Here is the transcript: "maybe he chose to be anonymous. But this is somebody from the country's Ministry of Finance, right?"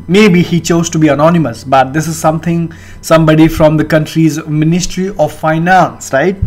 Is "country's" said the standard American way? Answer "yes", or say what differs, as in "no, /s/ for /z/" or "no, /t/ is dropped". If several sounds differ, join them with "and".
yes